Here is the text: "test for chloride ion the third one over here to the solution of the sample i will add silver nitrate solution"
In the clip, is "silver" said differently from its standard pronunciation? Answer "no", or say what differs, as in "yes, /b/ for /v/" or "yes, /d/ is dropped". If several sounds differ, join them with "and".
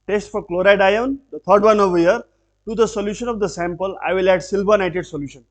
yes, /b/ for /v/